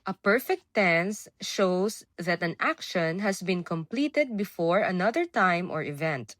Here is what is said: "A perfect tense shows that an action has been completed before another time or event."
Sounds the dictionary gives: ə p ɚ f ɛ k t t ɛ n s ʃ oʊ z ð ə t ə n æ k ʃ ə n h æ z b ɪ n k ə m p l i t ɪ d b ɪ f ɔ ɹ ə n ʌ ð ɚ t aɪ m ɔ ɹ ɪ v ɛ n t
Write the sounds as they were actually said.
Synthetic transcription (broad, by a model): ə p ɚ f ɛ k t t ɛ n s ʃ oʊ s ð ə t ə n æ k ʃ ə n h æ s b ɪ n k ə m p l i t ɪ d b ɪ f ɔ ɹ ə n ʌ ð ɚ t aɪ m ɔ ɹ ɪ v ɛ n t